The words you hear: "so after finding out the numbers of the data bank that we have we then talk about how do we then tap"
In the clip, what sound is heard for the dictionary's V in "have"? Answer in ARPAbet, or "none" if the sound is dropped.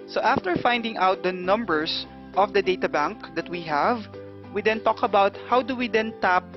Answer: V